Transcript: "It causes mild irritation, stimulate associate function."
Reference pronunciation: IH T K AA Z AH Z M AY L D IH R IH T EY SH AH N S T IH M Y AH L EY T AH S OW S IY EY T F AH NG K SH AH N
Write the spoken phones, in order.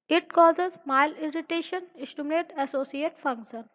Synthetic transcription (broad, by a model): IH T K AA Z AH Z M AY L IH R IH T EY SH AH N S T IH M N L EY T AH S OW S IY EY T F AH NG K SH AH N